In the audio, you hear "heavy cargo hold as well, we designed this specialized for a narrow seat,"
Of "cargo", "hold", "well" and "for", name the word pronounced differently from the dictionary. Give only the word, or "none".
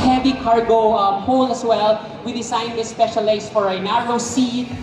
hold